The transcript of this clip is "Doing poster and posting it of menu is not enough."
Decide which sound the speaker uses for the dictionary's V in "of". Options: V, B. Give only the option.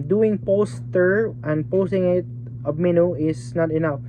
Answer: B